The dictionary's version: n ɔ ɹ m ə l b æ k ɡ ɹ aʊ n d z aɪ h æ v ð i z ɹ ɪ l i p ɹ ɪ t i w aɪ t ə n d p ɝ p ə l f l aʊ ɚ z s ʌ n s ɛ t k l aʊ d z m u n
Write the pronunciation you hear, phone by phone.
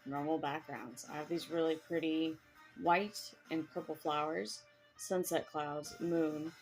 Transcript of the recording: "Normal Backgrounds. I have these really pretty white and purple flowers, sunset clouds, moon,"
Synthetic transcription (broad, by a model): n ɔ ɹ m l b æ k ɡ ɹ aʊ n d z aɪ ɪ v ð i z ɹ ɪ l i p ɹ ɪ t i w aɪ t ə n p ɝ p l f l aʊ ɚ z s ʌ n s ɛ t k l aʊ d z m u n